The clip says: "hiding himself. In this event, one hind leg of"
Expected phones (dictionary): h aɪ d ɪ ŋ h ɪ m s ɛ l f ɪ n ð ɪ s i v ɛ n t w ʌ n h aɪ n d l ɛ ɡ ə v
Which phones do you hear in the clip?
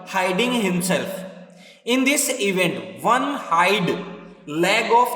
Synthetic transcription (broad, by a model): h aɪ d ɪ ŋ h ɪ m s ɛ l f ɪ n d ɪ s i v ɛ n t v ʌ n h aɪ d l ɛ ɡ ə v